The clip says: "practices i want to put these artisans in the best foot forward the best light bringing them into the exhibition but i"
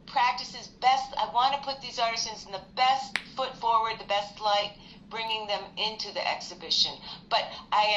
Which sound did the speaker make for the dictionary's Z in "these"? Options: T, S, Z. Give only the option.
Z